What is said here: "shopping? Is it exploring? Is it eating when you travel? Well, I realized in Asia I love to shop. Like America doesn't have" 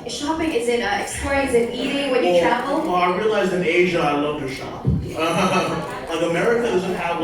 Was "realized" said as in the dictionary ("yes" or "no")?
no